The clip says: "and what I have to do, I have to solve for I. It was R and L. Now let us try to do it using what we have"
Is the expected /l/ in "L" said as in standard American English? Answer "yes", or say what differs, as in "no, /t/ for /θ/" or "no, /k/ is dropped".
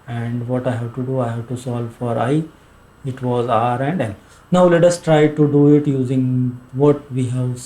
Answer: no, /n/ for /l/